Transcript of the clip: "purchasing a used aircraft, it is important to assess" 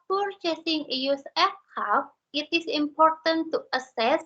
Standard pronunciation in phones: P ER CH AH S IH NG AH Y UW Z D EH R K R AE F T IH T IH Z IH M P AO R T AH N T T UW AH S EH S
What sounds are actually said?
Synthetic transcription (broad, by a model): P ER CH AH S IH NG AH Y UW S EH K AA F IH T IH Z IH M P AO R T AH N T T UW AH S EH S